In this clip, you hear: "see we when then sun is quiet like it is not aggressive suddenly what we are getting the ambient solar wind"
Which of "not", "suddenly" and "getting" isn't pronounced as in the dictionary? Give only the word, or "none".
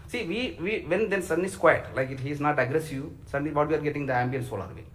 suddenly